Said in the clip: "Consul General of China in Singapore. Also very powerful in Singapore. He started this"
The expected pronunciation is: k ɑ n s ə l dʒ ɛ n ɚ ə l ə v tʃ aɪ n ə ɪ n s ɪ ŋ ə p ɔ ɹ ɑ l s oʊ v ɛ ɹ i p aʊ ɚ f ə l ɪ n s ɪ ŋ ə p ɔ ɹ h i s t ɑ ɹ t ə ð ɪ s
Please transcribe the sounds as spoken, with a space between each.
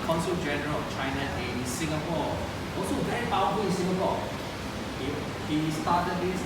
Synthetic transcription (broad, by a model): k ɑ n s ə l dʒ ɛ n ɚ ə l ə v tʃ aɪ n ə ɪ n s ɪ ŋ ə p ɔ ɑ s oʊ b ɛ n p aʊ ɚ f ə ɪ n s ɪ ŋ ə p ɔ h h i s t ɑ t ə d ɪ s